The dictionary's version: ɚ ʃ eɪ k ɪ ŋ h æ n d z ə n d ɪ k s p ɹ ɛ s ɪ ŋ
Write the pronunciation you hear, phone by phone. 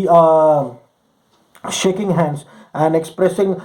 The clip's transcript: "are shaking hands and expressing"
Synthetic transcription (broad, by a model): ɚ ʃ eɪ k ɪ ŋ h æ n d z ə n d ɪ k s p ɹ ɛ s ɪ ŋ